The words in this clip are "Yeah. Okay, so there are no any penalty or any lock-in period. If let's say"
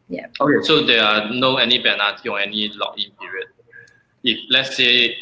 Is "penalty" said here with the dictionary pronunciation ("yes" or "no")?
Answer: no